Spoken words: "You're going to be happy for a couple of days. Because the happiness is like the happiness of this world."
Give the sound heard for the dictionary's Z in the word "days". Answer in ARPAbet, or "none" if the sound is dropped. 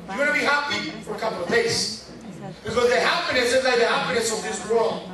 S